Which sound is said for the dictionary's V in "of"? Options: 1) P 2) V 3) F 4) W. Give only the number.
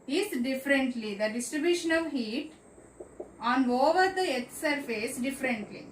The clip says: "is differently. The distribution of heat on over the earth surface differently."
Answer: 2